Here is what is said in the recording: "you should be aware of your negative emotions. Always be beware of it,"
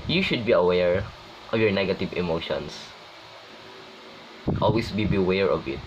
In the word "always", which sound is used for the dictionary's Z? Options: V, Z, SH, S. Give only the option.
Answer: S